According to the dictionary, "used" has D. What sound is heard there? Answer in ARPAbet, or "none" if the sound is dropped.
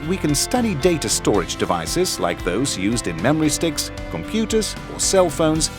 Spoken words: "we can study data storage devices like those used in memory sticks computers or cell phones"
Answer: D